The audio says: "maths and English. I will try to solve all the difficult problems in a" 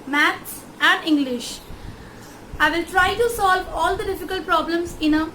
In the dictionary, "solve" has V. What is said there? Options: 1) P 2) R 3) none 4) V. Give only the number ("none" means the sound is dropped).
4